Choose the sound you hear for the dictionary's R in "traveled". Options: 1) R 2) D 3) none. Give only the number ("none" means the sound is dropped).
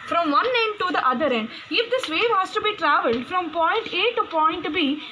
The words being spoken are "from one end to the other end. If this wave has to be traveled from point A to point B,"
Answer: 1